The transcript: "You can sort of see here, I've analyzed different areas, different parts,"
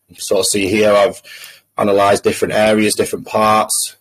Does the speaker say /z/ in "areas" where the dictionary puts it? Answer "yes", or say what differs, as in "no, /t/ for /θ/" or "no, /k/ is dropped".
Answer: yes